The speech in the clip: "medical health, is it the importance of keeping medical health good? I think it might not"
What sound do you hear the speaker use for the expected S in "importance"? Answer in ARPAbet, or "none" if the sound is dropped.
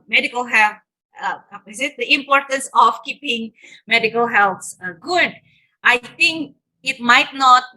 S